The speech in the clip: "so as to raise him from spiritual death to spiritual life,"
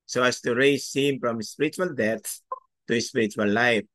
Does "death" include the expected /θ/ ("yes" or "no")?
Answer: no